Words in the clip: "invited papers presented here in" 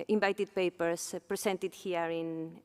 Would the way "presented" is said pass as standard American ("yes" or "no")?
no